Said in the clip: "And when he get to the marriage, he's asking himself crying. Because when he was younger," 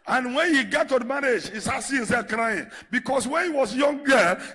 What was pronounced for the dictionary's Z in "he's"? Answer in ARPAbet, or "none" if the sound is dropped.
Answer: S